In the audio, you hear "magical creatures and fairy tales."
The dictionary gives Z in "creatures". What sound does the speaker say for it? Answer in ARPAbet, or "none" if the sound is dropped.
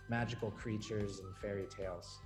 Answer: Z